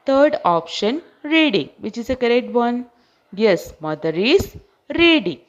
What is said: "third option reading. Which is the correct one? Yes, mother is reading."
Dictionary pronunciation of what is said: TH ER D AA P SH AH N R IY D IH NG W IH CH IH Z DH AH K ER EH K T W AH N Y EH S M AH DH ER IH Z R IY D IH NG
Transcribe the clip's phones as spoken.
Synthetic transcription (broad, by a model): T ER D AA P SH AH N R IY D IH NG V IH CH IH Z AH K ER EH K T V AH N Y EH S M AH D ER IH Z R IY D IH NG